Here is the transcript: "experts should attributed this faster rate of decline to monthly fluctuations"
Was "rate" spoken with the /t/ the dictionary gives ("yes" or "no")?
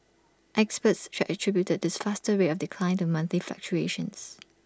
no